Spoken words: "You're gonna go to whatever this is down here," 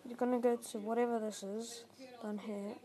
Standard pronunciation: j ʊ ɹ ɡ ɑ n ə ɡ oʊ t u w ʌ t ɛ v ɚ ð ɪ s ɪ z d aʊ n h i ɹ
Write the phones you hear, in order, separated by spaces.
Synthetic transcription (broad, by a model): j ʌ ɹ ɡ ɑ n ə ɡ oʊ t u w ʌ t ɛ v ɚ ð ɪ s ɪ z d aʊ n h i